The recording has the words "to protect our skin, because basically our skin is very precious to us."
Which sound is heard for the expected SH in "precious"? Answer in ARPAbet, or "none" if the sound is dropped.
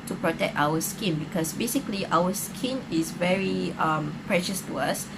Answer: SH